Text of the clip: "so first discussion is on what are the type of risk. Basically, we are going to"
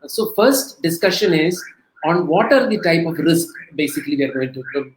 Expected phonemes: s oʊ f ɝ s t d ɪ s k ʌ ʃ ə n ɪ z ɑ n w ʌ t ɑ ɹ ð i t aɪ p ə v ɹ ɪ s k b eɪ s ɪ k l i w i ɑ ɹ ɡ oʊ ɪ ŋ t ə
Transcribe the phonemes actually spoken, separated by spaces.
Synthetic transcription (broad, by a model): s oʊ f ɝ s t d ɪ s k ʌ ʃ ə n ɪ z ɑ n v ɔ t ɑ ɹ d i t aɪ p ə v ɹ ɪ s k b eɪ s ɪ k l i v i ɑ ɹ ɡ oʊ ɪ ŋ t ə